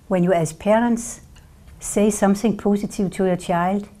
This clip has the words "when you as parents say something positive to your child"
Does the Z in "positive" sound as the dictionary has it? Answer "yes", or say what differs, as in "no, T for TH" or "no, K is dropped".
no, S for Z